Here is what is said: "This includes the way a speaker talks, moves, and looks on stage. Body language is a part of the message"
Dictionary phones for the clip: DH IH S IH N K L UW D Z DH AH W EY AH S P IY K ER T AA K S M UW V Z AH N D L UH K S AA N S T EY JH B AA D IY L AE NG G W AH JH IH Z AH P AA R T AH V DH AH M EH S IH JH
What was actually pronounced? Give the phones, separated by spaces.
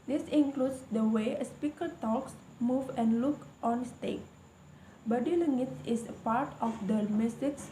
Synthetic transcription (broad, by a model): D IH S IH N K L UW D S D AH W EY AH S P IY K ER T AA K S M UW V AH N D L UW K AA N S T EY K B AA D IY L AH NG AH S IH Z AH P AA R T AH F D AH M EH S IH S